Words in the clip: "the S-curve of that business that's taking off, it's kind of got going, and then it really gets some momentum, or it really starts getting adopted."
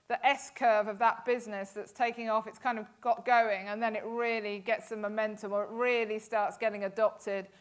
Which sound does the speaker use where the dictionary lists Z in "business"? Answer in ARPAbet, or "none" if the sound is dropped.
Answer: Z